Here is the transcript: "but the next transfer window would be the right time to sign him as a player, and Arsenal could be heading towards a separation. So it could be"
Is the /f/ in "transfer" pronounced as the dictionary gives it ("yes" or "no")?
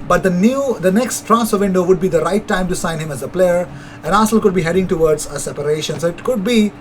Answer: no